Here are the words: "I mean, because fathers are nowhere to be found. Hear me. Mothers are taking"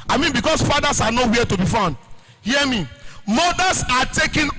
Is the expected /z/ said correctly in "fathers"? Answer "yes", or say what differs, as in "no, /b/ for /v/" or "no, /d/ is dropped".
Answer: no, /s/ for /z/